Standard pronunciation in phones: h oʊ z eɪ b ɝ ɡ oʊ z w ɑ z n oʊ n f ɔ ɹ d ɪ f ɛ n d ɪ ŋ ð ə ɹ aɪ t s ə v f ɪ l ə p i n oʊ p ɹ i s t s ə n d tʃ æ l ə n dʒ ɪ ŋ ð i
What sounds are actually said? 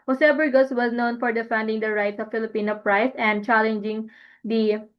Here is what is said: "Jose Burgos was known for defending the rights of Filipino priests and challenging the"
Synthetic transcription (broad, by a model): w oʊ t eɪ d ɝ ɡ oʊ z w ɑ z n oʊ n f ɔ ɹ d ɪ f ɛ n d ɪ ŋ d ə ɹ aɪ t s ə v f ɪ l ə p i n oʊ p ɹ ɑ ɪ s ə n d tʃ æ l ə n dʒ ɪ ŋ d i